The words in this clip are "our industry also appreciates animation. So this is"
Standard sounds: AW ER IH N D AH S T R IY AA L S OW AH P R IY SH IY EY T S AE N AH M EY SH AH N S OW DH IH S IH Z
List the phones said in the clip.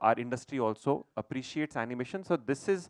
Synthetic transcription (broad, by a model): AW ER IH N D AH S T R IY AA L S OW AH P R IY SH IY EY T S AE N AH M EY SH AH N S OW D IH S IH Z